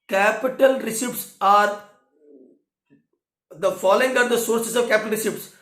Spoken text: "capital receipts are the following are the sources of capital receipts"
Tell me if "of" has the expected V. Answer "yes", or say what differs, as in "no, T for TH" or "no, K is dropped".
yes